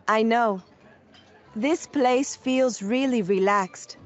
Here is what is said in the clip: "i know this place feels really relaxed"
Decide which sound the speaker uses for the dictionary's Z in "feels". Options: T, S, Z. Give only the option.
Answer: Z